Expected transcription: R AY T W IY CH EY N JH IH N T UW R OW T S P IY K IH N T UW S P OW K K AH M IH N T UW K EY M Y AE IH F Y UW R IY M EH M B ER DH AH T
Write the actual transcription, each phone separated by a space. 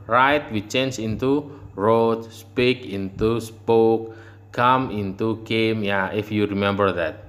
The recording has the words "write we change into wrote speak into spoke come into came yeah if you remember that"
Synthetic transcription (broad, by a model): R AY T W IY CH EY N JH IH N T UW R OW T S P IY K IH N T UW S P OW K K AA M IH N T UW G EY M Y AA IH F Y UW R IY M EH M B ER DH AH T